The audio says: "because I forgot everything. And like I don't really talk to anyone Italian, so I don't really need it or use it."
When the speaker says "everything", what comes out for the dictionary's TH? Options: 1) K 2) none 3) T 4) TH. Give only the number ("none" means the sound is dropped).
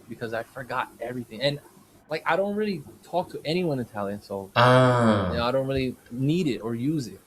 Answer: 4